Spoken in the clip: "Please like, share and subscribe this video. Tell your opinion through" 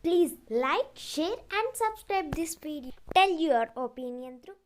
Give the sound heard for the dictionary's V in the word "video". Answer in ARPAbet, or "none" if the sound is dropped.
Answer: P